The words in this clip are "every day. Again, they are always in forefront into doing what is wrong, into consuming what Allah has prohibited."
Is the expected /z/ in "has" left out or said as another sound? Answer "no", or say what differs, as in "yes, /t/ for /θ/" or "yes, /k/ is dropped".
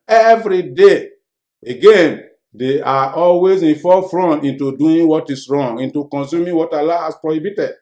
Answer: yes, /s/ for /z/